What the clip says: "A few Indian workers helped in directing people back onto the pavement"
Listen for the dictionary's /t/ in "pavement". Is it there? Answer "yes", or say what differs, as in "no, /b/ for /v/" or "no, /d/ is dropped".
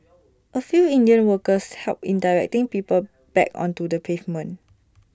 no, /t/ is dropped